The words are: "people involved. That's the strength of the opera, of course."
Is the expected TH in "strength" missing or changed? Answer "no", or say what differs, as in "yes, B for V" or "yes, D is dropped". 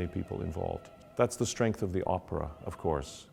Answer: no